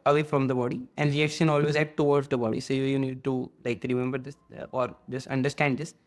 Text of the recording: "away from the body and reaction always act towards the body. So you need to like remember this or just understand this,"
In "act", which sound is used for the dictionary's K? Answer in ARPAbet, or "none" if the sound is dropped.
none